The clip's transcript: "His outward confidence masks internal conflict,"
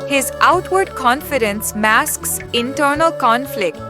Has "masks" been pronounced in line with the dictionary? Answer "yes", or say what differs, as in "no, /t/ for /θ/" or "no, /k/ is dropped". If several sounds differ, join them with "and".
yes